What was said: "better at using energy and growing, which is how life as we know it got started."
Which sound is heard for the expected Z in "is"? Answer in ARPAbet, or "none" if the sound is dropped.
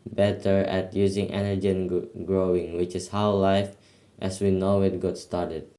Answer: S